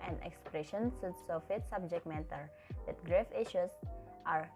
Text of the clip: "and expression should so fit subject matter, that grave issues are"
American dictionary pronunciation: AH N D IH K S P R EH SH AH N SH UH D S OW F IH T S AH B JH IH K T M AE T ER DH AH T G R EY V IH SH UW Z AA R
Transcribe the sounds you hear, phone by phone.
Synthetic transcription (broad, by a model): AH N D IH K S P R EH SH AH N S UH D S OW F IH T S AH B JH IH K T M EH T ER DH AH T G R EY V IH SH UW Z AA R